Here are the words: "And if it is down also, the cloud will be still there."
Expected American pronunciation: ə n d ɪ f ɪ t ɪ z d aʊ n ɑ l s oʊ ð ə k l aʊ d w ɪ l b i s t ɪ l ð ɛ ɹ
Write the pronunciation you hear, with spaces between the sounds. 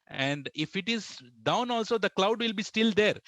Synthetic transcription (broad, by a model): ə n d ɪ f ɪ t ɪ z d aʊ n ɑ l s oʊ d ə k l aʊ d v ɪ l b i s t ɪ l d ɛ ɹ